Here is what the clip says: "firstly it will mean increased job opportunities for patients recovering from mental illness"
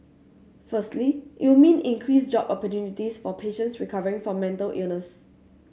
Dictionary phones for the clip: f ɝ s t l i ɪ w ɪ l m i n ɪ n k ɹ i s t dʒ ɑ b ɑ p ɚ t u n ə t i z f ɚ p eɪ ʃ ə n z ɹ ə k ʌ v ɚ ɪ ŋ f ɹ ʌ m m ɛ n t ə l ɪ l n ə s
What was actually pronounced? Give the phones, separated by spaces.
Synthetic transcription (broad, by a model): f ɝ s t l i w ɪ w m i n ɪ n k ɹ i s dʒ ɑ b ɑ p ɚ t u n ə t i s f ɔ p eɪ ʃ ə n s ɹ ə k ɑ v ɚ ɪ ŋ f ɹ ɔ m m ɛ n t ə l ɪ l n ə s